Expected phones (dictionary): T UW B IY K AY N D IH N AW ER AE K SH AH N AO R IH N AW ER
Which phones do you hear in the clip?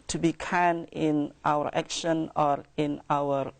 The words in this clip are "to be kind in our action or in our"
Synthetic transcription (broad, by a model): T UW B IY K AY N IH N AW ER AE K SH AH N AO R IH N AW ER